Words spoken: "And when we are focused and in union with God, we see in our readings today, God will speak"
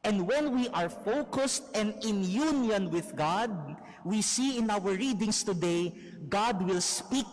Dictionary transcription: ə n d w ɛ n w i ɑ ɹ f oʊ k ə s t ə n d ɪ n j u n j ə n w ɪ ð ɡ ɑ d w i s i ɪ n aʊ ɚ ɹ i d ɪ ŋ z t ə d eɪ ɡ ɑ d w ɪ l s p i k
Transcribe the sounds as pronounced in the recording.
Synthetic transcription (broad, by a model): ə n d w ɛ n w i ɑ ɹ f oʊ k ə s t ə n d ɪ n j u n j ə n w ɪ ð ɡ ɑ d w i s i ɪ n aʊ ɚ ɹ i d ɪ ŋ s t ə d eɪ ɡ ɑ d w ɪ l s p i k